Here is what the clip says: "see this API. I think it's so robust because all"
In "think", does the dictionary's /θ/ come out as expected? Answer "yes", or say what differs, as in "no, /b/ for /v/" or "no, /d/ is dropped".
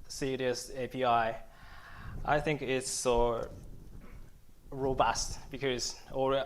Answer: yes